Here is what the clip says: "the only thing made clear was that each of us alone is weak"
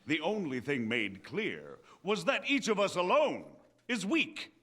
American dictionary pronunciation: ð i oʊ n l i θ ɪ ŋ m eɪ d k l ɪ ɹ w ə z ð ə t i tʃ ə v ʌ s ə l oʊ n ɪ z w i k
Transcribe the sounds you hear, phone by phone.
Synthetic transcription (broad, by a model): ð i oʊ n l i θ ɪ ŋ m eɪ d k l ɪ ɹ w ə z ð ə t i tʃ ə v ʌ s ə l oʊ n ɪ z w i k